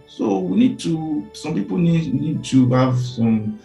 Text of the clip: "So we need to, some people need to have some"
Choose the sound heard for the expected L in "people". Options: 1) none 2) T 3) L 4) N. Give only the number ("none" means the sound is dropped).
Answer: 4